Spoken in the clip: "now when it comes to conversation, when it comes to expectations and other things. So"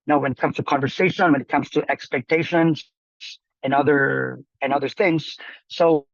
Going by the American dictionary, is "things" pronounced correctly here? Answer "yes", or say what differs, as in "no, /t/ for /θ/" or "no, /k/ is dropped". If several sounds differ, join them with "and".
yes